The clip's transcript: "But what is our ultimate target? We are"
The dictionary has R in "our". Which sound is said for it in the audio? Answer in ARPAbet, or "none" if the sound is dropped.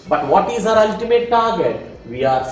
R